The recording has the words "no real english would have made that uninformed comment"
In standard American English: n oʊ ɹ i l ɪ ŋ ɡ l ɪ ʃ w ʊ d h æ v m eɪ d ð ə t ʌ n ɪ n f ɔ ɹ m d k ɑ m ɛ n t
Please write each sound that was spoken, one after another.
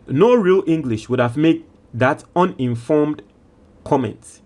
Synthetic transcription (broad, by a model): n oʊ ɹ i l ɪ ŋ ɡ l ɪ ʃ w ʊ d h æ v m eɪ d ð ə t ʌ n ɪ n f ɔ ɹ m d k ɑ m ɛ n t